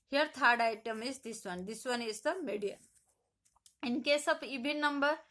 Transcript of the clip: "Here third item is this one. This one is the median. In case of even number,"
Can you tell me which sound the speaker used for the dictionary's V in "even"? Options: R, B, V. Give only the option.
B